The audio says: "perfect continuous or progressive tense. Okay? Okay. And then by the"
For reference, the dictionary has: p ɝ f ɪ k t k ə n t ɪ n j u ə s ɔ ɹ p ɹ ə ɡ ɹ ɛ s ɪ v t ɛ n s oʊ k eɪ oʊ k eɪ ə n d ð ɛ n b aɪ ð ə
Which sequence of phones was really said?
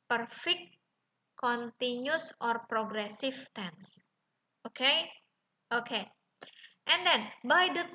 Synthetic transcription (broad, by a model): p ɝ f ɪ k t k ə n t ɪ n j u s ɔ ɹ p ɹ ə ɡ ɹ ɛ s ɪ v t ɛ n s oʊ k eɪ oʊ k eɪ ə n d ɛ n b aɪ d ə